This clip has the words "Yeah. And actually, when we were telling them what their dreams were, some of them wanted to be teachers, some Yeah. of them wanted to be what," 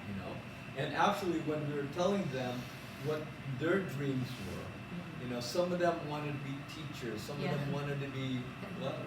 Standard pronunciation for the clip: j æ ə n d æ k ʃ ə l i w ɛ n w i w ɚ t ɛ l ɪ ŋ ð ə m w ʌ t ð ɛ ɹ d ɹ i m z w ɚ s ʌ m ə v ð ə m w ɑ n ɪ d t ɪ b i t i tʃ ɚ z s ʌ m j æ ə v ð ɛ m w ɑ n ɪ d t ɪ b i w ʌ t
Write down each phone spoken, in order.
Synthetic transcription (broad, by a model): j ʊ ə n æ k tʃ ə l i w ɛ n w i w ɚ t ɛ l ɪ ŋ ð ə m w ʌ t ð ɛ ɹ d ɹ i m z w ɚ s ʌ m ə v ð ə m w ɑ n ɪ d t ɪ b i t i tʃ ɚ z s ʌ m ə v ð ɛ m w ɑ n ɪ d t ɪ b i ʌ